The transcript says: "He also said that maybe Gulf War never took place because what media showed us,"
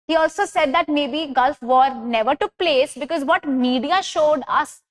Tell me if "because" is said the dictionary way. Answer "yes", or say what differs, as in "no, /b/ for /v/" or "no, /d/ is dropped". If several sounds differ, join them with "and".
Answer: yes